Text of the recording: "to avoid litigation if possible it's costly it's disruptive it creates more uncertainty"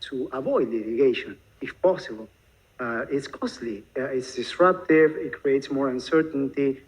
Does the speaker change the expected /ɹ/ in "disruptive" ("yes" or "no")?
no